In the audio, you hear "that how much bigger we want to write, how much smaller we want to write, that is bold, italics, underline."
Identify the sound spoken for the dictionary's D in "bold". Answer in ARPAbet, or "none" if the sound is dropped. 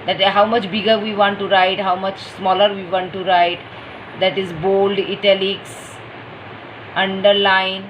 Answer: D